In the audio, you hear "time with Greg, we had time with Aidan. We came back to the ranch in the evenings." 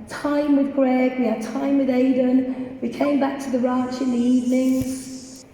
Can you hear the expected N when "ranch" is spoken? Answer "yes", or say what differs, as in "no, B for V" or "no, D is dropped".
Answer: no, N is dropped